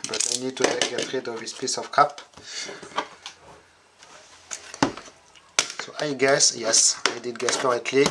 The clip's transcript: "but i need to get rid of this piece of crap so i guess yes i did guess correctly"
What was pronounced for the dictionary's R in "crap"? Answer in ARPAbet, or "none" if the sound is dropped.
none